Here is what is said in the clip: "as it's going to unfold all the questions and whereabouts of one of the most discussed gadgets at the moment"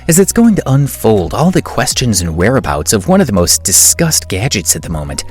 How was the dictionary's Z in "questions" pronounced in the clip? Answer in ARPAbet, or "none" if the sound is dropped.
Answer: Z